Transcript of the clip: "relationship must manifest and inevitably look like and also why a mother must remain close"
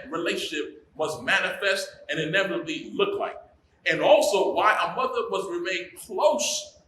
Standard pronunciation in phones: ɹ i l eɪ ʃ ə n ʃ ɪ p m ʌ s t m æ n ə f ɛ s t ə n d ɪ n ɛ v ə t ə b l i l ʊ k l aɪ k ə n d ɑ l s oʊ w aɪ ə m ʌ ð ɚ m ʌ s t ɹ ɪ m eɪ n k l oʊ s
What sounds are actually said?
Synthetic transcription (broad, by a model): ɹ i l eɪ ʃ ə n ʃ ɪ p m ʌ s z m æ n ə f ɛ s t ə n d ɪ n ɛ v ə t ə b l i l ʊ k l aɪ k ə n ɑ l s oʊ w aɪ ə m ʌ ð ɚ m ʌ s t ɹ ɪ m eɪ n k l oʊ s